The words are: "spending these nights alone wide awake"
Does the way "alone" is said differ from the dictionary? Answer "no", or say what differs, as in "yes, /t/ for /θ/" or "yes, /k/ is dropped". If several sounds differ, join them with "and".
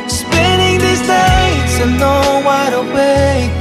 yes, /n/ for /l/